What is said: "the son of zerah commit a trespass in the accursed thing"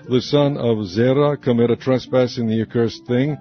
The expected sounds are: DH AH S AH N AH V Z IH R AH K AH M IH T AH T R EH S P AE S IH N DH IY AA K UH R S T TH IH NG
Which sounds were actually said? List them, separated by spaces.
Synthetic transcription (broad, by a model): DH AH S AH N AH V Z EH R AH K AH M IH T AH T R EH S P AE S IH N DH IY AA K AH R S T TH IH NG